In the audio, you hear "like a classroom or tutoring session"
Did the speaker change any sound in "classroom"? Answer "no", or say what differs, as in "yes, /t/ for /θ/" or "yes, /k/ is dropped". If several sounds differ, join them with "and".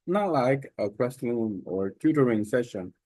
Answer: yes, /l/ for /ɹ/